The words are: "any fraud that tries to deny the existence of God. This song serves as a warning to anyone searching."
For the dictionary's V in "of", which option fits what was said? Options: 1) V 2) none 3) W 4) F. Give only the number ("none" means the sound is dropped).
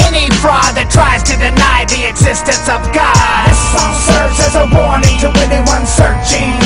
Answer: 1